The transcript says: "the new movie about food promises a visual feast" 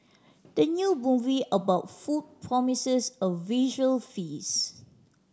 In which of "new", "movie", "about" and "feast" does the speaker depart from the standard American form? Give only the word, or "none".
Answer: feast